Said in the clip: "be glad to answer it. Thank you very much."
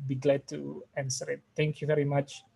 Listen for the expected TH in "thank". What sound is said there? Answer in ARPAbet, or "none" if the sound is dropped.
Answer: T